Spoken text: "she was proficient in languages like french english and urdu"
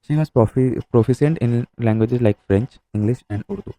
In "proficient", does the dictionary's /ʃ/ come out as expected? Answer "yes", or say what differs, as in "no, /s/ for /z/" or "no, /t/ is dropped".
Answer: no, /s/ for /ʃ/